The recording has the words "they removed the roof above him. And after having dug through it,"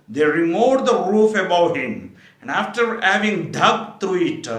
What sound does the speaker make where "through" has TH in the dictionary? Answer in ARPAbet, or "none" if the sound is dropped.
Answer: T